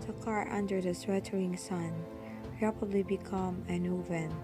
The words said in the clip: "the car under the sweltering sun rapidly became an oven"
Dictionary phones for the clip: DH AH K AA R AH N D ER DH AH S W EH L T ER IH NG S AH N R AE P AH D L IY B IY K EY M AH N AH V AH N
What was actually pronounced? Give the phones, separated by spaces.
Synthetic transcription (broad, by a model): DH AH K AA R AH N D ER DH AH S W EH T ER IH NG S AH N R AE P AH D L IY B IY K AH M AH N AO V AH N